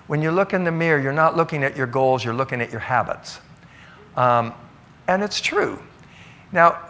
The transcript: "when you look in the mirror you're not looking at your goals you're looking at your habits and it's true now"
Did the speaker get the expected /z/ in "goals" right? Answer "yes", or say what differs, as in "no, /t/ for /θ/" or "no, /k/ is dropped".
yes